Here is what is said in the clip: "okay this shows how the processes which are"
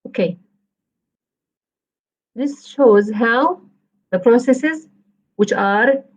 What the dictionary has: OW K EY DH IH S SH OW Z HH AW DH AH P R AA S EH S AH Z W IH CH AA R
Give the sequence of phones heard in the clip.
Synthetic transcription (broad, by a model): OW K EY DH IH S SH OW Z HH AW DH AH P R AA S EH S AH Z W IH CH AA R